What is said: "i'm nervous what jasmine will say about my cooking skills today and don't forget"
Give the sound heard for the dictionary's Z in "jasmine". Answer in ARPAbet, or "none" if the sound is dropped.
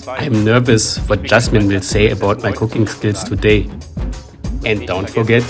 S